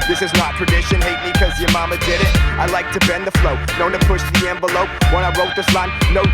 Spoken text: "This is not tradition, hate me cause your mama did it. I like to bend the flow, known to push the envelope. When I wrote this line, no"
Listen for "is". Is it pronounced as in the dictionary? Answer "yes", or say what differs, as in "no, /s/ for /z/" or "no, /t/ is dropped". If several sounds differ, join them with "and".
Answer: yes